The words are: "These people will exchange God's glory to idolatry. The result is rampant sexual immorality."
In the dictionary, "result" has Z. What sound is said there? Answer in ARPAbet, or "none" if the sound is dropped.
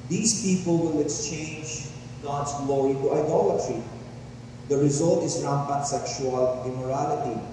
Z